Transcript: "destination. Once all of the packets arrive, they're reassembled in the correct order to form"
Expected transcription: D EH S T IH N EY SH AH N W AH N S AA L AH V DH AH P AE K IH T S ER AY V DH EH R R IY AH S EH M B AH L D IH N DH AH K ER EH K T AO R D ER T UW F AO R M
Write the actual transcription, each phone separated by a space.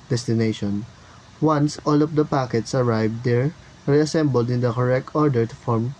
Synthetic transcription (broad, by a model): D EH S T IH N EY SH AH N W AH N S AA L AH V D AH P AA K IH T S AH AY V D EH R R IY AH S EH M B AH L D IH N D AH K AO EH K T AO R D ER T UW F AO R M